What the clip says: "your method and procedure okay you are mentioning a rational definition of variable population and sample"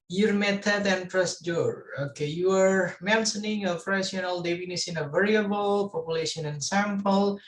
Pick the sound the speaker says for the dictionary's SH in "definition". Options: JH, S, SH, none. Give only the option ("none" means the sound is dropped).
S